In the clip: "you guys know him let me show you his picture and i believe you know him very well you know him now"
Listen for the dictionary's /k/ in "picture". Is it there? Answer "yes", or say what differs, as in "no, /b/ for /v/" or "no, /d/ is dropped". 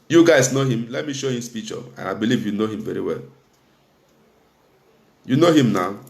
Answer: no, /k/ is dropped